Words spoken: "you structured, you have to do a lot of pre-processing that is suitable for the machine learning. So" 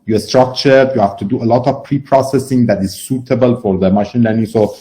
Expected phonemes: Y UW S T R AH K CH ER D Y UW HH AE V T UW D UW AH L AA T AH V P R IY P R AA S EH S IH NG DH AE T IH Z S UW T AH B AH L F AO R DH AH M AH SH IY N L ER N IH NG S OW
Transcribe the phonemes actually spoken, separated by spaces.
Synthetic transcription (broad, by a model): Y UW S T R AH K CH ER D Y UW HH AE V T UW D UW AH L AA T AH V P R IY P R AA S EH S IH NG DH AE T IH Z S UW T AH B AH L F AO R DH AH M AH SH IY N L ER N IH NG S OW